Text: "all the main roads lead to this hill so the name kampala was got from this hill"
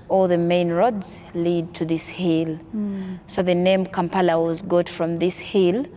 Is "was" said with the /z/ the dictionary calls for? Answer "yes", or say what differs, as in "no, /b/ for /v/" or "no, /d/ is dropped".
yes